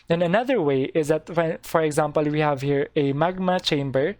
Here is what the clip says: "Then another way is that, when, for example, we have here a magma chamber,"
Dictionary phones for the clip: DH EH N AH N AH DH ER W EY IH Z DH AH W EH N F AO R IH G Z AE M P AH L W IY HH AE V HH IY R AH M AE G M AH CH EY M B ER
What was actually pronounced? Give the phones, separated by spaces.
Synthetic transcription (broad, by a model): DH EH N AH N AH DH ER W EY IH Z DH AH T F F AO R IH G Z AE M P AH L W IY HH AE V HH IY R AH M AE G M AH CH EY M B ER